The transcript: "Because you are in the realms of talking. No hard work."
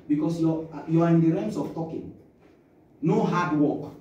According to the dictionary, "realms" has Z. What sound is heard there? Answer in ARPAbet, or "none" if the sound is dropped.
S